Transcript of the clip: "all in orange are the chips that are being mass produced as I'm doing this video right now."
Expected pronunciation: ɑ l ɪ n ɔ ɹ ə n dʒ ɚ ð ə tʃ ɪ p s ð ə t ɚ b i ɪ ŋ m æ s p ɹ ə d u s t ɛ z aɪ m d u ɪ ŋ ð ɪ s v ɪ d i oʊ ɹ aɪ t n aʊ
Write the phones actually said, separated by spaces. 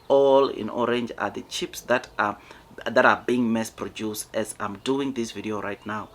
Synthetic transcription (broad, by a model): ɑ l ɪ n ɔ ɹ ə n dʒ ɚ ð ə tʃ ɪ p s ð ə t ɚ b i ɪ ŋ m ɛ s p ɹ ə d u s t ɛ z aɪ m d u ɪ ŋ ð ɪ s v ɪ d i oʊ ɹ aɪ t n aʊ